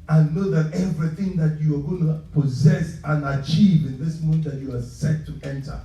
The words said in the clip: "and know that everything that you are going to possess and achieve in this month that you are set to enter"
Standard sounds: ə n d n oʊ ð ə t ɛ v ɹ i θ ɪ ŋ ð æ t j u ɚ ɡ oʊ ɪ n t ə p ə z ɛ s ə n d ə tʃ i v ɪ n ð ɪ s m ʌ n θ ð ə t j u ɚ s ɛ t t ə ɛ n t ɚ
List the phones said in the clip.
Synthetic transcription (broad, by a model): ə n n oʊ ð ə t ɛ v ɹ i θ ɪ ŋ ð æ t j u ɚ ɡ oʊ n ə p ə z ɛ s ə n ə tʃ i v ɪ n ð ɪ s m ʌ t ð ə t j u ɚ s ɛ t t ɛ n t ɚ